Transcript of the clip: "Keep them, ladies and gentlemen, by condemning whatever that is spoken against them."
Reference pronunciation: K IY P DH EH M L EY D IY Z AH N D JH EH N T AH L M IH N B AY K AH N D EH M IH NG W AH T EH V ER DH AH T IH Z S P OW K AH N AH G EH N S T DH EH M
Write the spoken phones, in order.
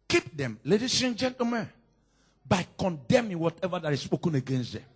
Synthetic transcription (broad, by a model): K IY P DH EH M L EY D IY S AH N JH EH N T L M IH N B AY K AH N D EH M IH NG W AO T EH V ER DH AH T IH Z S P OW K AH N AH G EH N S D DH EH M